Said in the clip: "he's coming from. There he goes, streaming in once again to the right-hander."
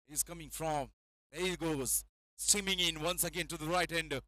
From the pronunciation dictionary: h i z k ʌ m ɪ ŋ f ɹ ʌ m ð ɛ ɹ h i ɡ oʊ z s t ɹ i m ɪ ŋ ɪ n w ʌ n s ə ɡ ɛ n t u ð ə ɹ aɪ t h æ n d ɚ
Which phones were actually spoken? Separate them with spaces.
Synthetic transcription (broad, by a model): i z k ʌ m ɪ ŋ f ɹ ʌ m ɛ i ɡ oʊ z s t i m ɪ ŋ ɪ n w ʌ n s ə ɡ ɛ n t u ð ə ɹ aɪ t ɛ n d